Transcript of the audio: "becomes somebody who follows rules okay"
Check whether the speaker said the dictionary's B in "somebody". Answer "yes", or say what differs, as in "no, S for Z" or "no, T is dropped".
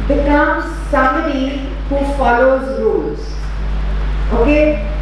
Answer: no, B is dropped